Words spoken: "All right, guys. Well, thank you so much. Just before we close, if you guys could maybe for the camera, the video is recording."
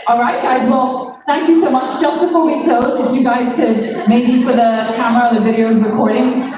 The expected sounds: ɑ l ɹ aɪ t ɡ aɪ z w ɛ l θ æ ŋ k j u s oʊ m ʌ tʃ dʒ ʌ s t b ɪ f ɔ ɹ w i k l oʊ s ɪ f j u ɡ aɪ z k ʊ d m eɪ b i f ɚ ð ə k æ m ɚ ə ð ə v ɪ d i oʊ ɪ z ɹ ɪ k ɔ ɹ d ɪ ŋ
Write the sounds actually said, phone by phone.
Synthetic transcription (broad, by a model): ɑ l ɹ aɪ t ɡ aɪ z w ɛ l θ æ ŋ k j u s oʊ m ʌ tʃ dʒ ʌ s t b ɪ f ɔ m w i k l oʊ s ɪ f j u ɡ aɪ z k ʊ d m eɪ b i f ɚ ð ə k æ m ɚ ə ð ə v ɪ d i oʊ ɪ z ɹ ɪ k ɔ ɹ d ɪ ŋ